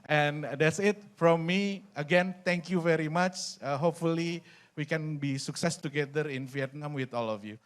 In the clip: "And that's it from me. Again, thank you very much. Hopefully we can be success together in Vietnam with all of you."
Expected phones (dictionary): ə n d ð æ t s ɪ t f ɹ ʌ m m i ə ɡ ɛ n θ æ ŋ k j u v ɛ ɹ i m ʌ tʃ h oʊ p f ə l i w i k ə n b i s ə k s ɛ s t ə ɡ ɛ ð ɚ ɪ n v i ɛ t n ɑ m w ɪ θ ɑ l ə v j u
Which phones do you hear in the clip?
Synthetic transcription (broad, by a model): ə n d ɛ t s ɪ t f ɹ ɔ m m i ə ɡ ɛ n t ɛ ŋ k j u v ɛ ɹ i m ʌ tʃ h oʊ p f ə l i w i k ə n b i s ə k s ɛ s t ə ɡ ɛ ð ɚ ɪ n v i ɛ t n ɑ m w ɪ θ ɑ l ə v j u